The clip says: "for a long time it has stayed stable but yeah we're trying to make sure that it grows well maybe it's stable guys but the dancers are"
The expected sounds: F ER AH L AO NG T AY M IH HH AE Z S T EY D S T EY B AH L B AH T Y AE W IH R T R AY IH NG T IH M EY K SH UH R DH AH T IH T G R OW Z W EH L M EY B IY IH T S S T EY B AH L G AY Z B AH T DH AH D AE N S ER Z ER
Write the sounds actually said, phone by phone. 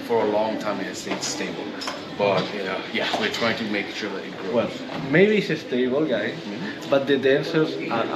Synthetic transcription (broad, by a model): F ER AH L AO NG T AY M IH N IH S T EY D S T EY B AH L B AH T Y AE W IH R T R AY IH NG T IH M EY K SH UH R DH AH T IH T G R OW W EH L M EY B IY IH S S T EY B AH L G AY B AH T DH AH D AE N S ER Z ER